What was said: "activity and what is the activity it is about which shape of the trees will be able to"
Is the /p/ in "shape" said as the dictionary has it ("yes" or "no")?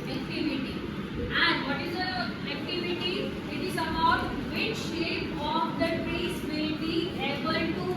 no